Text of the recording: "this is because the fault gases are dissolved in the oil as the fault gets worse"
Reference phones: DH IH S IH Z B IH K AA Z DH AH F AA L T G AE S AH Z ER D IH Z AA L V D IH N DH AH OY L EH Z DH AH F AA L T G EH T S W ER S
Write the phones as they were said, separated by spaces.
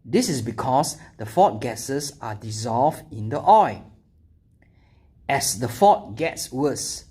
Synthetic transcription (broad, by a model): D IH S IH S B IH K AA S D AH F AA T G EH S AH S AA D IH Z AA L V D IH N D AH OY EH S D AH F AA T G EH T S W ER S